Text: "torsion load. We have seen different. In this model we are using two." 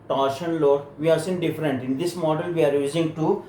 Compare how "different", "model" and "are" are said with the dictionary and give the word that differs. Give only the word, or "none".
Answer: none